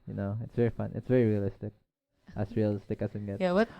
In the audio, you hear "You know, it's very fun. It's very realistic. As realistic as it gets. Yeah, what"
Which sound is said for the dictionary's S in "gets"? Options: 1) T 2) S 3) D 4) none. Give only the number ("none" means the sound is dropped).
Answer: 4